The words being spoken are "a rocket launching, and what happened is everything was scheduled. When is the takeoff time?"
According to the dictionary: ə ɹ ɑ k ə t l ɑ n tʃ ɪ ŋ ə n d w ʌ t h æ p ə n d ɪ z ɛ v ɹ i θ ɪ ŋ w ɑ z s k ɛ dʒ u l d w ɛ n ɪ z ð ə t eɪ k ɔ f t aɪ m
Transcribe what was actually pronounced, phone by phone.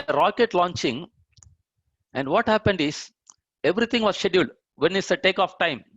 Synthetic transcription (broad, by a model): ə ɹ ɑ k ə t l ɑ n tʃ ɪ ŋ ə n d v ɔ t h æ p ə n d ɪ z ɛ v ɹ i t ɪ ŋ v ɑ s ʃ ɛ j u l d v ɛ n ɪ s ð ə t eɪ k ɔ f t aɪ m